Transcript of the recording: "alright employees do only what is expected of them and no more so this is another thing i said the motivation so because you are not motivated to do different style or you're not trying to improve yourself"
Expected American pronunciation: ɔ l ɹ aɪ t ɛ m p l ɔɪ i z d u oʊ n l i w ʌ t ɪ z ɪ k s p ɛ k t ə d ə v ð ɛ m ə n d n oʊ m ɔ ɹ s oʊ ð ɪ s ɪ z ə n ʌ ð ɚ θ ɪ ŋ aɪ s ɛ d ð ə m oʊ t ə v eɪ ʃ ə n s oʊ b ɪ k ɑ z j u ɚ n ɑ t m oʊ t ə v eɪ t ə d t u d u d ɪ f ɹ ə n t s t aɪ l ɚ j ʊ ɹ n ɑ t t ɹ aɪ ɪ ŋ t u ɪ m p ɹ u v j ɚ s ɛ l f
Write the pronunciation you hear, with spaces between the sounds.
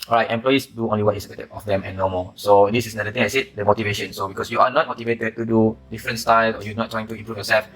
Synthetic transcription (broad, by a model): ɔ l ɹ aɪ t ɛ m p l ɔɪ i s d u oʊ n l i w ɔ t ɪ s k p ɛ t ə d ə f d ɛ m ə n n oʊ m ɔ s oʊ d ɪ s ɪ s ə n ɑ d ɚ t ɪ ŋ aɪ s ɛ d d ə m oʊ t ə v eɪ ʃ ə n s oʊ b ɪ k ɑ s j u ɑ n ɑ t m oʊ t ə v eɪ t ə d t u d u d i f ɹ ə n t s t aɪ l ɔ j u n ɑ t t ɹ aɪ ɪ ŋ t u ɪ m p ɹ u f j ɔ s ɛ l f